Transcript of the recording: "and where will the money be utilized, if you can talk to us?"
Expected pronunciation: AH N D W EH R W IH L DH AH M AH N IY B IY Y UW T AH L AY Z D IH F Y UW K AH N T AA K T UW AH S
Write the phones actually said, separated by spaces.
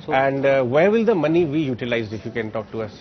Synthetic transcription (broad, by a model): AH N D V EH R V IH L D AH M AH N IY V IY Y UW T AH L AY Z IH F Y UW K AH N T AA K T UW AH S